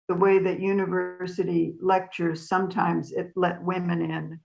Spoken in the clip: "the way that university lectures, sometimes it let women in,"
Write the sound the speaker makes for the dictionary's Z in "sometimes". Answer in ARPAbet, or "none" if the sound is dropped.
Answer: Z